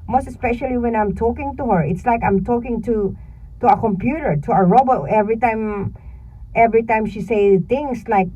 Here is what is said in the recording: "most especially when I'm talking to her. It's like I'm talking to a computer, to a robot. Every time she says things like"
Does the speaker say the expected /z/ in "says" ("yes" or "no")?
no